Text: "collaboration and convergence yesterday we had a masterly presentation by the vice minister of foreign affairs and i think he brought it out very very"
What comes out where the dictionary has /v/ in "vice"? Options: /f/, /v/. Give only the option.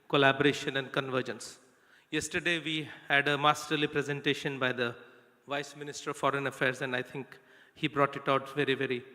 /v/